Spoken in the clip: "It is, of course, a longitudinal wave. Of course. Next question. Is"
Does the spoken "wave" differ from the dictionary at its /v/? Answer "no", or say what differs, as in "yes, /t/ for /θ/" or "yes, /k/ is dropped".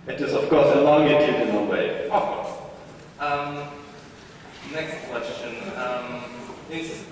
yes, /v/ is dropped